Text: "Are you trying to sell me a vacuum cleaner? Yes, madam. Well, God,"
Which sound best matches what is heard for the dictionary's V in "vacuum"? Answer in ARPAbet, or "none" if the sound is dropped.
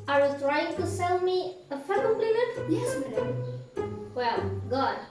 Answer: F